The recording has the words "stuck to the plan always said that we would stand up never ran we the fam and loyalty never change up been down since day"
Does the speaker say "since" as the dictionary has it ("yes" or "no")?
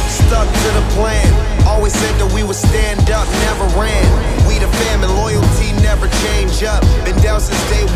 no